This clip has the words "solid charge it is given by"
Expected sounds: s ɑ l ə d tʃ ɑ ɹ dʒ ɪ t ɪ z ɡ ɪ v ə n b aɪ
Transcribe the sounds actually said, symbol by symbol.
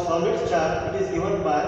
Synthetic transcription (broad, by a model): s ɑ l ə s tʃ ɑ ɹ ɪ t ɪ z ɡ ɪ v ə n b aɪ